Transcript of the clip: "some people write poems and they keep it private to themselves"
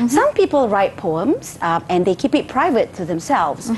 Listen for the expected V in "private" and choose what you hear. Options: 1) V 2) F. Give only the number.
1